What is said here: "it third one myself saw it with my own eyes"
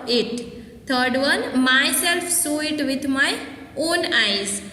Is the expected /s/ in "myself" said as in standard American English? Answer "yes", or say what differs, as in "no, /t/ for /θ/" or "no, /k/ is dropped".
yes